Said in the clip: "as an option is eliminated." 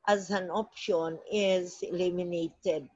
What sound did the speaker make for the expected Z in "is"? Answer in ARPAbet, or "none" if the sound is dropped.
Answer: Z